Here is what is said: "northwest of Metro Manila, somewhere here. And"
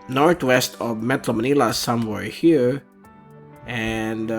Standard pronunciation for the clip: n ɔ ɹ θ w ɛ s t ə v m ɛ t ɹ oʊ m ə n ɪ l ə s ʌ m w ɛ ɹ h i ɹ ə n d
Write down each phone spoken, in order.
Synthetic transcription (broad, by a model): n ɔ ɹ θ w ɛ s t ə v m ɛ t l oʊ m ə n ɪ l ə s ʌ m w ɛ ɹ h i ɹ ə n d